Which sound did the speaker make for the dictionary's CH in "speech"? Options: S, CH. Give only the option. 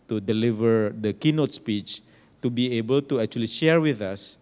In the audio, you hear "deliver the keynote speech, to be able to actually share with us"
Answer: CH